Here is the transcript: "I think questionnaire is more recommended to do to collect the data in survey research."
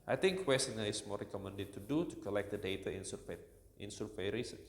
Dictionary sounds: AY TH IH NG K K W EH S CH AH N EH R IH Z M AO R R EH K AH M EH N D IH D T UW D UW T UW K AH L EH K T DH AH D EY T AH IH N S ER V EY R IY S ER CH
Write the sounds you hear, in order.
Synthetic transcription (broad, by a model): AY T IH NG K K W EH S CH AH N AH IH S M AO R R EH K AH M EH N D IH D T UW D UW T UW K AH L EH K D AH D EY T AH IH N S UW P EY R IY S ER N